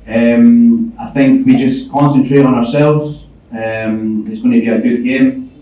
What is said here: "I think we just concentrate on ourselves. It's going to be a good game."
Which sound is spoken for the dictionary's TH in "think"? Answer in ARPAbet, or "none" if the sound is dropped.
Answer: TH